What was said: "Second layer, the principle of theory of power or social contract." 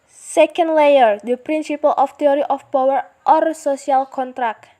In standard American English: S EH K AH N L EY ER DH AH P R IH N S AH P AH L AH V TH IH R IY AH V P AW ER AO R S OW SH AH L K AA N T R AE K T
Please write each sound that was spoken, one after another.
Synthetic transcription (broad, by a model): S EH K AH N L EY ER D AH P R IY N S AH P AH L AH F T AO R IY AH F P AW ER AO R S OW S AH L K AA N T R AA K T